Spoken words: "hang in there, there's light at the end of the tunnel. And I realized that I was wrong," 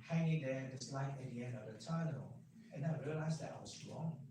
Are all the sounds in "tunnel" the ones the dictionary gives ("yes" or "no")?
no